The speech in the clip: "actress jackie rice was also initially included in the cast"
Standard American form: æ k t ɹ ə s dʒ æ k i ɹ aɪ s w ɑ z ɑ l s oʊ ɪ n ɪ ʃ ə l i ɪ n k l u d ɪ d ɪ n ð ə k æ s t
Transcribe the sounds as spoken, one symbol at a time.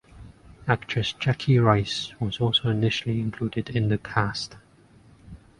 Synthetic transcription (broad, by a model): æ k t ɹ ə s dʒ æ k i ɹ aɪ s w ɑ z ɑ l s oʊ ɪ n ɪ ʃ ə l i ɪ n k l u d ɪ d ɪ n ð ə k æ s t